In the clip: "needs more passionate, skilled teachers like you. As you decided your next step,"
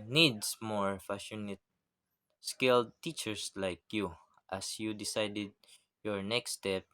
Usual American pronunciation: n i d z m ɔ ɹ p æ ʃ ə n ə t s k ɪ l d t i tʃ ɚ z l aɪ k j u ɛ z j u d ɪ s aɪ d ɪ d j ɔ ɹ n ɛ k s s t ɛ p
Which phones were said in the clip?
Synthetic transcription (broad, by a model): n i d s m ɔ ɹ f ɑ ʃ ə n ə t s k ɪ l d t i tʃ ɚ s l aɪ k j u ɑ s j u d ɪ s aɪ d ɪ d j ɔ ɹ n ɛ k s s t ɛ p